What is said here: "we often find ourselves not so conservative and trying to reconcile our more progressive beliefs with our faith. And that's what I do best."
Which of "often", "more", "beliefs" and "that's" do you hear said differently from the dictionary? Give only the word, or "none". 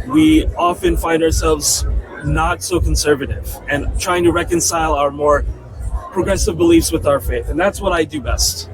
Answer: none